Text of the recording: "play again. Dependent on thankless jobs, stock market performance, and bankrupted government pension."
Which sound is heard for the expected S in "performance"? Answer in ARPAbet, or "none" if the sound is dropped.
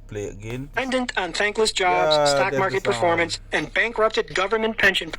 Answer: S